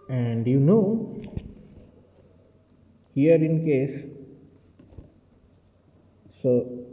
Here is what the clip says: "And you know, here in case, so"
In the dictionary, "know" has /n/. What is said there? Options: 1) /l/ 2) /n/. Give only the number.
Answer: 2